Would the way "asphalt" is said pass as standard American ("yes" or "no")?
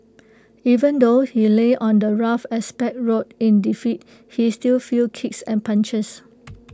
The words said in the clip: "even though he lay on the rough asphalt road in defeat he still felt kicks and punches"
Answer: no